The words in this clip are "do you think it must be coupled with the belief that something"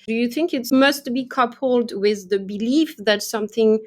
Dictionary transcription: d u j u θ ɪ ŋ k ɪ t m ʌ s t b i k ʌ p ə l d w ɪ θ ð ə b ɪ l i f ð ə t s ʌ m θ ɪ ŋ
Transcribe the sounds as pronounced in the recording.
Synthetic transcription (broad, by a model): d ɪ j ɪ θ ɪ ŋ k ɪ t m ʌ s t b i k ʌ p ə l d w ɪ ð ə b ɪ l i f ð ə t s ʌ m θ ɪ ŋ